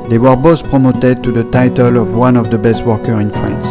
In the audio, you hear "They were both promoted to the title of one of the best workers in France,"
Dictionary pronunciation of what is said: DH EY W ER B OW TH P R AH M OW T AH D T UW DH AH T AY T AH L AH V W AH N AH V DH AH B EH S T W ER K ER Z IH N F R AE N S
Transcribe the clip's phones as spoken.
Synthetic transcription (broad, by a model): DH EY W ER B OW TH P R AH M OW T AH D T UW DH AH T AY T AH L AH V W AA N AH V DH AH B EH S T W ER K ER IH N F R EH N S